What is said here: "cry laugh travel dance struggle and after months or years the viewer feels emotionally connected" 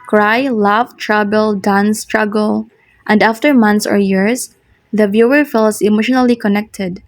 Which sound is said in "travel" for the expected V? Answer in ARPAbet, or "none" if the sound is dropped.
B